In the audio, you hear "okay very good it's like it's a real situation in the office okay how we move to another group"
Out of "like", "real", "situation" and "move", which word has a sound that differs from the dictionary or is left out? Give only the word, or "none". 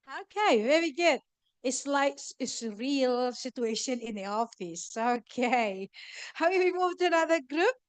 like